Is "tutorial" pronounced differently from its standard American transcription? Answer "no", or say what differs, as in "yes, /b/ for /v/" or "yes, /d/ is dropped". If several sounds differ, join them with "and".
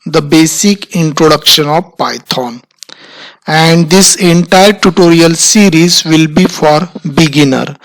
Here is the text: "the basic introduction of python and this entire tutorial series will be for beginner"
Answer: no